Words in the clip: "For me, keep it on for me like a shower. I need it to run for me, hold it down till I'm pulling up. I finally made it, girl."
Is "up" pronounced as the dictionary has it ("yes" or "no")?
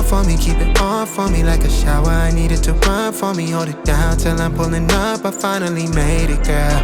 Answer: no